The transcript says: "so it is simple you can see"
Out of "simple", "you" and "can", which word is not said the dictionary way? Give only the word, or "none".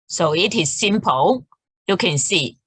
simple